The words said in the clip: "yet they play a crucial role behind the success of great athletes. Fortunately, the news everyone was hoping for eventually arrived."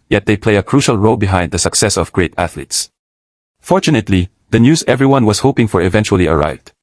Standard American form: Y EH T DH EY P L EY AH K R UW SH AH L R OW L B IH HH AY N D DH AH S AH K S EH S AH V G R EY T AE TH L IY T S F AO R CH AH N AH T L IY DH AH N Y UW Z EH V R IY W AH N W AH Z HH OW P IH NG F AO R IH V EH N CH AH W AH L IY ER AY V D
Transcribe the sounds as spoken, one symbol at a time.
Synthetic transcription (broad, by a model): Y EH T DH EY P L EY AH K R UW SH AH L R OW L B IH HH AY N D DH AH S AH K S EH S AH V G R EY T AE TH L IY T S F AO R CH AH N AH T L IY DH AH N Y UW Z EH V R IY W AH N W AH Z HH OW P IH NG F AO R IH V EH N CH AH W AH L IY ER AY V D